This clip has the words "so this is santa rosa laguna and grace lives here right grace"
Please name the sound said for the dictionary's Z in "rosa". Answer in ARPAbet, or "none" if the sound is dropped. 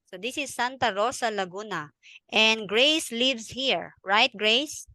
S